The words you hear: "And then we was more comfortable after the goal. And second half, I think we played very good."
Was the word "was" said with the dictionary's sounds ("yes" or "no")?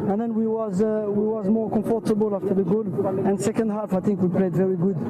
yes